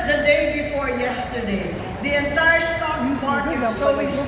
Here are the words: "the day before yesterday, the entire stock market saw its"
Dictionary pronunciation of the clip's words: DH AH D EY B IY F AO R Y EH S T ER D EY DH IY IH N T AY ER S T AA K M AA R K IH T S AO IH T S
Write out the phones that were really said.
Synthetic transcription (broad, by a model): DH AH D EY B IY F AO R Y EH S T ER D EY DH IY IH N T AY ER S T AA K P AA R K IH S AO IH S